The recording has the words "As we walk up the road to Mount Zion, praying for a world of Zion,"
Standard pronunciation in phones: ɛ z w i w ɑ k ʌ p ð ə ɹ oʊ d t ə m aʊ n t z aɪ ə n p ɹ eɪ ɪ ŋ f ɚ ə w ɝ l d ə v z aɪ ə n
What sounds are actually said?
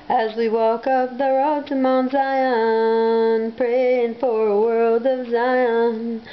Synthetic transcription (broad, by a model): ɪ z w i w ɑ k ʌ p ð ə ɹ oʊ d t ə m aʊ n z aɪ ə n p ɹ eɪ ɪ ŋ f ɚ ə w ɝ l d ə v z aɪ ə n